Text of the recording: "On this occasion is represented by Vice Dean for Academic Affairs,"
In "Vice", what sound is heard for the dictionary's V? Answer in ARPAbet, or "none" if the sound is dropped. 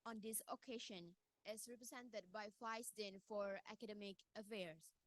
F